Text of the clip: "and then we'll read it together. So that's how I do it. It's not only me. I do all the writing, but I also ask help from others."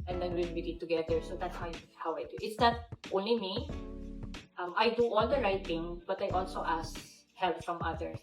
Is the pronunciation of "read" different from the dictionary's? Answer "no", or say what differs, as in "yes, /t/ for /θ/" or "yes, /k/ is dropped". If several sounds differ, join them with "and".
yes, /w/ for /ɹ/